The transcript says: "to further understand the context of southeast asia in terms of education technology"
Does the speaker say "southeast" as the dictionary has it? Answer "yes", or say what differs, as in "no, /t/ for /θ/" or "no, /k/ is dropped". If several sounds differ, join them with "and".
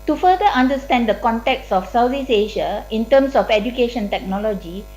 no, /t/ is dropped